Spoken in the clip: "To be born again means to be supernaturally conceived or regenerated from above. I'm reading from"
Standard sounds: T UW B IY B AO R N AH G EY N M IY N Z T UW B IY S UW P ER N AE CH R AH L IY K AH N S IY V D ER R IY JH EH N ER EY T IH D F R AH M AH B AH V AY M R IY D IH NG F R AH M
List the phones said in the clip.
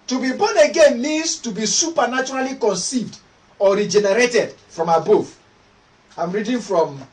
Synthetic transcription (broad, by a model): T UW B IY B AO N AH G EY N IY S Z T UW B IY S UW P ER N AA CH R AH L IY K AH N S IY V D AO R IY JH EH N ER EY T IH D F R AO M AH B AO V AY M R IY D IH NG F R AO M